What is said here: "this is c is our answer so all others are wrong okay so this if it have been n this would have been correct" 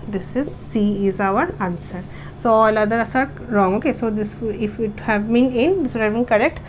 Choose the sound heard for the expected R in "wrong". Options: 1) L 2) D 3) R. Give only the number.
3